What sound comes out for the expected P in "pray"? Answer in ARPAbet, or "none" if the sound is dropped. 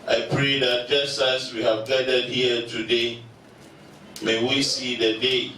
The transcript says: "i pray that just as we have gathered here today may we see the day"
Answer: P